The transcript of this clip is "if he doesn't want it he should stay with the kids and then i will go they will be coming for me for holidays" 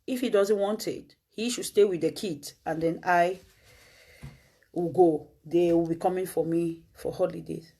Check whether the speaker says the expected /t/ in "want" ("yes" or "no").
yes